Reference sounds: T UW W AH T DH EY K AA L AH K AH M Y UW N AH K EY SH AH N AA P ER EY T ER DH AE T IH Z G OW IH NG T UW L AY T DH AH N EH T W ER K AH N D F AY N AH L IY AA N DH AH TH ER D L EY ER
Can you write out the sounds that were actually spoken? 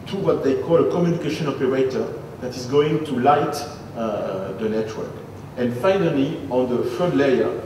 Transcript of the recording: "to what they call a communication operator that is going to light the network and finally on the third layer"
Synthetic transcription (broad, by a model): T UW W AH T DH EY K AA L AH K AH M Y UW N AH K EY SH AH N AA P ER EY T ER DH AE T IH Z G OW IH NG T UW L AY T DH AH N EH T W ER K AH N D F AY N AH L IY AA N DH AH F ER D L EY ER